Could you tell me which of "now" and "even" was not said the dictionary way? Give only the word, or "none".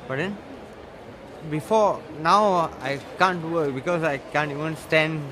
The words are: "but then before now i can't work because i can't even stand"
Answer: even